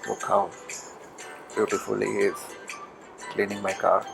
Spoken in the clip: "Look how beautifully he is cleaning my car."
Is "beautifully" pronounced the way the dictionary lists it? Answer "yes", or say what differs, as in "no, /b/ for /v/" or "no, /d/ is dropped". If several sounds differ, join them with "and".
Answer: no, /l/ is dropped